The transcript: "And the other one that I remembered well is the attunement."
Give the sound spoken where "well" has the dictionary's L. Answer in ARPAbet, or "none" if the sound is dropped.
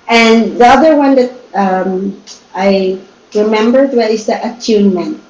N